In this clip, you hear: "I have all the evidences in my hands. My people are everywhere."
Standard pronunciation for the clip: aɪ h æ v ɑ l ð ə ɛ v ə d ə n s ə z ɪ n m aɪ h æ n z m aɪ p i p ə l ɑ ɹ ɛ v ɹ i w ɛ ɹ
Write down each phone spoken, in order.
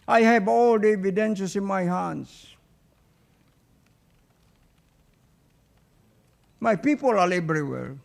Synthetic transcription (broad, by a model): aɪ h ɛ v ɑ l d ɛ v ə d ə n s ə s ɪ n m aɪ h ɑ n s m aɪ p i p ə l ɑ l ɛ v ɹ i w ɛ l